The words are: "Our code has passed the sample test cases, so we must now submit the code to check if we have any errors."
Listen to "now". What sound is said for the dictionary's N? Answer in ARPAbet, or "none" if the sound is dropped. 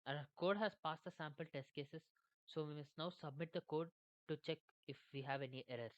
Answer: N